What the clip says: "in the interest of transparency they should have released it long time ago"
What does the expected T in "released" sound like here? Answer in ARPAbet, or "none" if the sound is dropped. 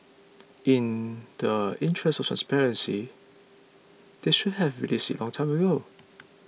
none